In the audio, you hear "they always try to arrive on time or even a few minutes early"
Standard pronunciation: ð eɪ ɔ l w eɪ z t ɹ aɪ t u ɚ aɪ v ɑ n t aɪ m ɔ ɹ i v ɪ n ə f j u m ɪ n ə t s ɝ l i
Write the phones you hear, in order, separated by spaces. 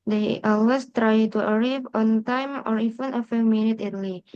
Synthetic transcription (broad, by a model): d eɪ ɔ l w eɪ s t ɹ aɪ t u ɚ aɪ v ɑ n t aɪ m ɔ ɹ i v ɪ n ə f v m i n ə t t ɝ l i